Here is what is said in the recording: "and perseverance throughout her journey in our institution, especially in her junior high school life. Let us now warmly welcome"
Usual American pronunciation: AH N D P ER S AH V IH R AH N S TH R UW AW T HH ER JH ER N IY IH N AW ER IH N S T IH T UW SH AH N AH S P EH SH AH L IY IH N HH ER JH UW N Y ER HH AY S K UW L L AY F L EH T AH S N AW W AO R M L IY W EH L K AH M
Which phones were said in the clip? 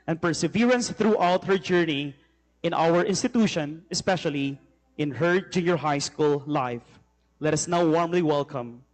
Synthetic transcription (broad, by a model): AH N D P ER S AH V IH R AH N S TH R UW AW T HH ER JH ER N IY IH N AW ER IH N S T IH T UW SH AH N AH S P EH SH AH L IY IH N HH ER JH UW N Y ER HH AY S K UW L L AY F L EH T AH S N AW W AO R M L IY W EH L K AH M